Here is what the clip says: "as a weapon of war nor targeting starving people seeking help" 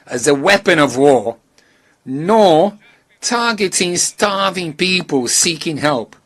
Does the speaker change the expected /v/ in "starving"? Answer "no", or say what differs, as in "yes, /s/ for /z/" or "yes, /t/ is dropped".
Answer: no